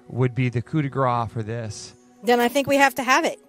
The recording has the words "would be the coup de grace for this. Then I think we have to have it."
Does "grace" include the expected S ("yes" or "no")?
no